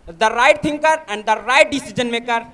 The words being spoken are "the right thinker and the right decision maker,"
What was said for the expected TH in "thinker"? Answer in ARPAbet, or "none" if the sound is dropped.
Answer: T